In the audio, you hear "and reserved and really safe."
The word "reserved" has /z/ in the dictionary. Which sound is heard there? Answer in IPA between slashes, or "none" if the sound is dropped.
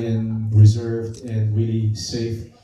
/z/